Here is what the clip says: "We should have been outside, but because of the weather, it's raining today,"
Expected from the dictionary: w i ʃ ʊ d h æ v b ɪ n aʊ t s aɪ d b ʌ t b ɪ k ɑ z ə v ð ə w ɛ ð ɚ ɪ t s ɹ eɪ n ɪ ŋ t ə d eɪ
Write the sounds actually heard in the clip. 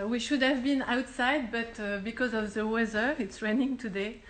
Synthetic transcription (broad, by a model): w i ʃ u d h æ v b ɪ n aʊ t s aɪ d b ʌ t b ɪ k ɑ z ə v ð ə w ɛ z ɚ ɪ t s ɹ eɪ n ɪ ŋ t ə d eɪ